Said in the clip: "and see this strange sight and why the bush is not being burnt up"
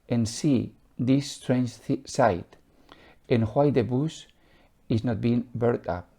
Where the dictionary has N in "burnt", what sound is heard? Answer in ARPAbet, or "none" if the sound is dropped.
none